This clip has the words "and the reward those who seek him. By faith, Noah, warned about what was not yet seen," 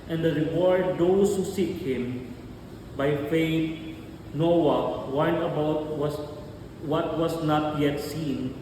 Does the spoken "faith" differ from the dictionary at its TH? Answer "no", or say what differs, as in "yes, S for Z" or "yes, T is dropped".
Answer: yes, T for TH